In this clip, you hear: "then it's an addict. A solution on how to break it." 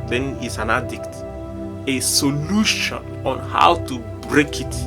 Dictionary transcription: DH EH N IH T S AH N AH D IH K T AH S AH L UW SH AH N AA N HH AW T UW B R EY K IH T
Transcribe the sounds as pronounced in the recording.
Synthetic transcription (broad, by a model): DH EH N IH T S AH N AH D IH K T AH S AH L UW SH AH N AA N HH AW T UW B R EY K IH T